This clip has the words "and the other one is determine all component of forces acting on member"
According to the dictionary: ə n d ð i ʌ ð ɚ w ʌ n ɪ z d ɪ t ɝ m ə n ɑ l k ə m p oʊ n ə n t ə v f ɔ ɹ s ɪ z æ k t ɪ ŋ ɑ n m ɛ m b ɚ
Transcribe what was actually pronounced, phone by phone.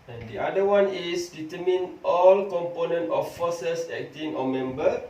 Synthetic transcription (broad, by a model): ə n d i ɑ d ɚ w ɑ n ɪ s d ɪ t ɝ m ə n ɑ l k ə m p oʊ n ə n t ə f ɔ s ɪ s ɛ k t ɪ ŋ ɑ m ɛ m b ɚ